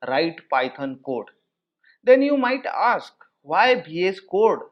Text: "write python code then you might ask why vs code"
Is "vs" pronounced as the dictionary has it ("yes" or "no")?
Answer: no